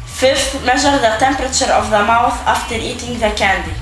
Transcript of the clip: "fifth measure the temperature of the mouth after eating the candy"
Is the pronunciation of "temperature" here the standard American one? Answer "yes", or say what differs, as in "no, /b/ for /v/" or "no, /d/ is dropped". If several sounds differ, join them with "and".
yes